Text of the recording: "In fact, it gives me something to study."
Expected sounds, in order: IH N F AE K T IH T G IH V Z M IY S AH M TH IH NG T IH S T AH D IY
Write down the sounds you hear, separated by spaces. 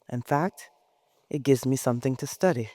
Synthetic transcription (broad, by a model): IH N F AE K T IH T G IH V Z M IY S AH M TH IH NG T IH S T AH D IY